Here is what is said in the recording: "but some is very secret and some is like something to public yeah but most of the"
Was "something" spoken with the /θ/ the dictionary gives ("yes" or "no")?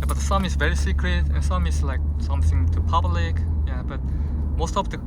yes